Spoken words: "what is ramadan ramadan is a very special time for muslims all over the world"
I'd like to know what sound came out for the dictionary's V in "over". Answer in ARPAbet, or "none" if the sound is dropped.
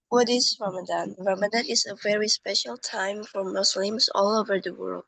V